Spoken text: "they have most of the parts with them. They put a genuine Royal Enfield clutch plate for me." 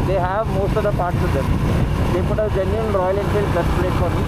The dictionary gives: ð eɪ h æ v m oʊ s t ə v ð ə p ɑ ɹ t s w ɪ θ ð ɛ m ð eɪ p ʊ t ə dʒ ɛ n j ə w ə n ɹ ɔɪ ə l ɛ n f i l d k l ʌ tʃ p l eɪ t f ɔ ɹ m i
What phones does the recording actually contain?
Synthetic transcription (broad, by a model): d eɪ h æ v m oʊ s t ə v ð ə p ɑ ɹ t s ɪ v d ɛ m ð eɪ p ʊ t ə dʒ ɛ n j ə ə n ɹ ɔɪ ə l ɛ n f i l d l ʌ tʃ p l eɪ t f ɔ ɹ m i